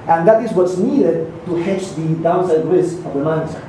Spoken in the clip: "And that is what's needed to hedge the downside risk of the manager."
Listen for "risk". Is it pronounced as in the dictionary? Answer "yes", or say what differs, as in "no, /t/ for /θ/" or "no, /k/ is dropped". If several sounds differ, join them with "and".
no, /k/ is dropped